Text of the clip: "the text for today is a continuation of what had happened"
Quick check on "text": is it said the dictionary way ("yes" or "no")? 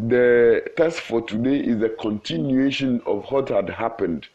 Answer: no